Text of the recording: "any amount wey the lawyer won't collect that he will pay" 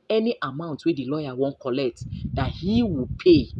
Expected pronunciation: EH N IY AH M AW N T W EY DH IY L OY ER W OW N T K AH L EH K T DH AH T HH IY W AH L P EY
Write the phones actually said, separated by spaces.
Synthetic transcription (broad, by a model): EH N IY AH M AW N T W EY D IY L OY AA W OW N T K AH L EH K T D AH T HH IY W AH P EY